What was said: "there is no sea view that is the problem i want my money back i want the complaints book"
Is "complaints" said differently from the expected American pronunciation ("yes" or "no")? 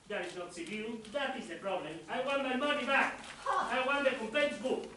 yes